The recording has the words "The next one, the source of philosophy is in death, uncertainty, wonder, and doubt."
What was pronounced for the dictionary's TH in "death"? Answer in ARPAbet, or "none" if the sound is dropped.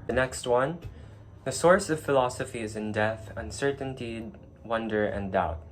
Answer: TH